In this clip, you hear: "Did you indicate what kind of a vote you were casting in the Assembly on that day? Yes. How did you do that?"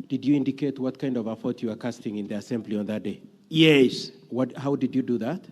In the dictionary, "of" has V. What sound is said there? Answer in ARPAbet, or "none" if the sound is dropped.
V